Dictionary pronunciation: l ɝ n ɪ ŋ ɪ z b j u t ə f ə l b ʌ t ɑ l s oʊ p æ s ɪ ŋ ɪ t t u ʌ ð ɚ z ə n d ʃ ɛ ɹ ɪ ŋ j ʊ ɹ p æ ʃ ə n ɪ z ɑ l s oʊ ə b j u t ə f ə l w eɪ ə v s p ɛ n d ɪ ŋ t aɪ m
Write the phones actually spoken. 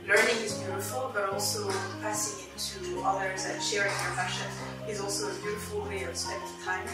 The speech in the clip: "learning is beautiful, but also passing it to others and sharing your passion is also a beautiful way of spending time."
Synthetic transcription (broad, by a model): l ɝ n ɪ ŋ ɪ z b j u t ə f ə l b ʌ t ɑ l s oʊ p æ s ɪ ŋ ɪ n t u ʌ ð ɚ z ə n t ʃ ɛ ɹ ɪ ŋ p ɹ f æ ʃ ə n ɪ z ɑ l s oʊ ə b j u t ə f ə l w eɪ ə v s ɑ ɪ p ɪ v t aɪ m